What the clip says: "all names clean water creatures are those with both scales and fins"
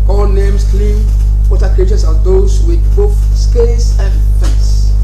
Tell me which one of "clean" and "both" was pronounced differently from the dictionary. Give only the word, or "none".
none